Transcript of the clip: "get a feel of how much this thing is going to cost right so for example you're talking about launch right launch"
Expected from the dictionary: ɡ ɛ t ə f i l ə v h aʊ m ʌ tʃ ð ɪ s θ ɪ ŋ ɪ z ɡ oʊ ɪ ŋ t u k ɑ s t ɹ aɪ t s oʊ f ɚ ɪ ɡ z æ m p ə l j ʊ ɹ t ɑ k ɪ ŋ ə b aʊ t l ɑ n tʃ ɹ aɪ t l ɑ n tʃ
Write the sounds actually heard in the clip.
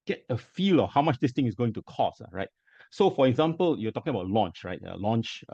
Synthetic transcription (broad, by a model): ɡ ɛ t ə f i l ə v h aʊ m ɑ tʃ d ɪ s t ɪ ŋ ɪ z ɡ oʊ ɪ ŋ t u k ɑ s ɹ aɪ t s oʊ f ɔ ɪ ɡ z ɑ m p ə l j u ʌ t ɑ k ɪ ŋ ə b aʊ t l ɑ n tʃ ɹ aɪ t l ɑ n tʃ